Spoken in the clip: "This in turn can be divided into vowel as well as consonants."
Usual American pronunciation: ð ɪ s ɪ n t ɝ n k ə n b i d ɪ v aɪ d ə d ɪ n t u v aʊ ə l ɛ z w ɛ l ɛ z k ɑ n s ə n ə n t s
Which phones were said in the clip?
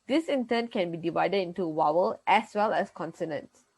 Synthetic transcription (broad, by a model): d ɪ s ɪ n t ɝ n k ə n b i d ɪ v aɪ d ə d ɪ n t u w aʊ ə l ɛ s w ɛ l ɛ s k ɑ n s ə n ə n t s